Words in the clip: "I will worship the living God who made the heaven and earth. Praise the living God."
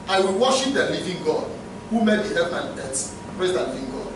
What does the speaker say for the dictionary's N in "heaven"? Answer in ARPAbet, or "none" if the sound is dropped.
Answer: none